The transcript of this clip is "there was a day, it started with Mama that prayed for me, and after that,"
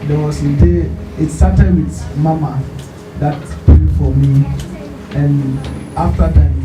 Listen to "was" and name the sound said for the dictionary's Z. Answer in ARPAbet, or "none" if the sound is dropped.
S